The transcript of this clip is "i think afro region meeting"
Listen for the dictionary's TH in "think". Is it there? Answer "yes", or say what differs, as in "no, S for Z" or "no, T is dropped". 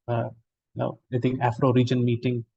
no, T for TH